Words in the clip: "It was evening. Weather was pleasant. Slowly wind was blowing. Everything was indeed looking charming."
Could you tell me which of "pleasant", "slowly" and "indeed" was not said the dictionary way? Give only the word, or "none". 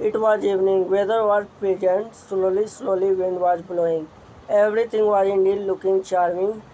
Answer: pleasant